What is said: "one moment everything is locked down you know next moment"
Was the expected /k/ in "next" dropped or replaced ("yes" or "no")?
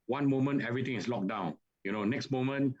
no